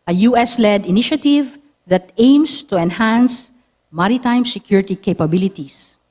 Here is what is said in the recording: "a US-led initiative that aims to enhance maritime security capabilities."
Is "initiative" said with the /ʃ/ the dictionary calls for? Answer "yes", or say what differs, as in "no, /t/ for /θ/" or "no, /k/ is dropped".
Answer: yes